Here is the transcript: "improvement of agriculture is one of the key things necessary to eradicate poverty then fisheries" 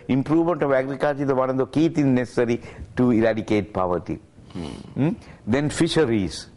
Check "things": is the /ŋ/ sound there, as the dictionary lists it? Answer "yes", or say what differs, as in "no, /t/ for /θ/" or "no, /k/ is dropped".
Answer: no, /ŋ/ is dropped